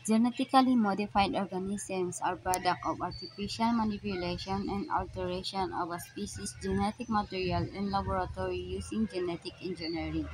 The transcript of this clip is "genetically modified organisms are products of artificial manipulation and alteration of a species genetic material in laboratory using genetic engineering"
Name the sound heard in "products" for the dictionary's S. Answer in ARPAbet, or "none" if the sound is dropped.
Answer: none